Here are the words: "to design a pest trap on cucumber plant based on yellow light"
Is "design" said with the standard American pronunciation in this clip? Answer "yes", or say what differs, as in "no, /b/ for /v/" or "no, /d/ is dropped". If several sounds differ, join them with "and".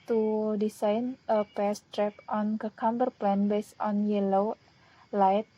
no, /s/ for /z/